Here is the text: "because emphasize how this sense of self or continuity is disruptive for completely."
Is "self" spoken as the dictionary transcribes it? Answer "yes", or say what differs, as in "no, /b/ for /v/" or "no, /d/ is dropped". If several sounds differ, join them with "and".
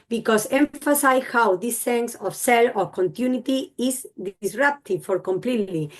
no, /f/ is dropped